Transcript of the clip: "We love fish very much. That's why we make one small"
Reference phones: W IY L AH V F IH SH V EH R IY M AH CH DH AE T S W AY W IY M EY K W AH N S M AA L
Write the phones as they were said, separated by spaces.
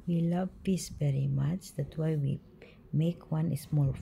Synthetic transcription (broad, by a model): W IY L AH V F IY S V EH R IY M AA CH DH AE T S W AY W IY M EY K W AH N S M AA L